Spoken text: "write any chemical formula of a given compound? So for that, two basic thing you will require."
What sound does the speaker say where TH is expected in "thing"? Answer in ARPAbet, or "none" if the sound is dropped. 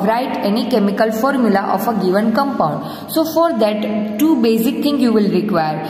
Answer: T